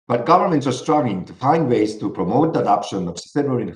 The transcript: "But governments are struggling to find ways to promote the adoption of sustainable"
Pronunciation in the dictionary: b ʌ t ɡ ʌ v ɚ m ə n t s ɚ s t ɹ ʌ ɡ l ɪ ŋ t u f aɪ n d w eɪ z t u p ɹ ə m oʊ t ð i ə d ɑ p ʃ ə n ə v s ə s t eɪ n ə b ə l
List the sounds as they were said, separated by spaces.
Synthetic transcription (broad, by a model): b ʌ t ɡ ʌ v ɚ m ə n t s ɚ s t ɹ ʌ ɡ ɪ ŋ t u f aɪ n d w eɪ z t u p ɹ ə m oʊ t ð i ə d ɑ p ʃ ə n ə v s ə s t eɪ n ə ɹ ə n